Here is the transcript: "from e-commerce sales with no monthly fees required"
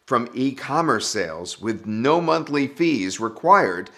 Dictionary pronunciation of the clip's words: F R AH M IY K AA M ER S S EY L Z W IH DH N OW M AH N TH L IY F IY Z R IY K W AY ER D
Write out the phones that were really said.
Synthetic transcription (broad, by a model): F R AH M IY K AA M ER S S EY L Z W IH DH N OW M AH N TH L IY F IY Z R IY K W AY ER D